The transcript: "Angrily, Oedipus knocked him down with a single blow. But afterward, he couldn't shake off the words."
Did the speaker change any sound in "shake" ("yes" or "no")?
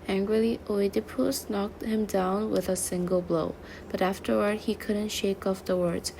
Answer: no